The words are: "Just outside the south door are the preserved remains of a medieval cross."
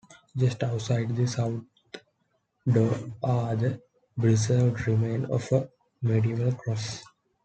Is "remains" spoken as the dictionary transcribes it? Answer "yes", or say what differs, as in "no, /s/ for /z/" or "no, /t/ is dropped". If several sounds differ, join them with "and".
no, /z/ is dropped